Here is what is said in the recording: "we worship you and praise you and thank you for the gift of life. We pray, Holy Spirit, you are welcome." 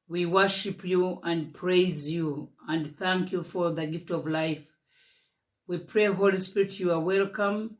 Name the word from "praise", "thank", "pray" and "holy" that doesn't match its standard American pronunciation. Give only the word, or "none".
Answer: none